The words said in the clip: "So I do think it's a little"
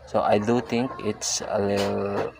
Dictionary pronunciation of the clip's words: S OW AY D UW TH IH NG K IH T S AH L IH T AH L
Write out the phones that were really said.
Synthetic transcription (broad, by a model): S OW AY D UW T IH NG K IH T S AH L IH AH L